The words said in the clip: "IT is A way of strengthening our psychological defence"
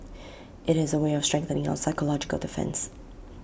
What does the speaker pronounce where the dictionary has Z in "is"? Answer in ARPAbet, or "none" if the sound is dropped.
Z